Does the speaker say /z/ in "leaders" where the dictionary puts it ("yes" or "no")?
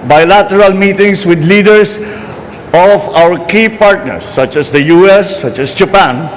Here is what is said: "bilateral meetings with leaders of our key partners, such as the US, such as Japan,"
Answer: no